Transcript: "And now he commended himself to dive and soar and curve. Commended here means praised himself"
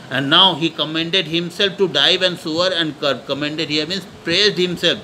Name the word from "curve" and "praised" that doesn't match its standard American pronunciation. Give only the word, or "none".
curve